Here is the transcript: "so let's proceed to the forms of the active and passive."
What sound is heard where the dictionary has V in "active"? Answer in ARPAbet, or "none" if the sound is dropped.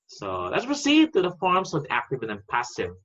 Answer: B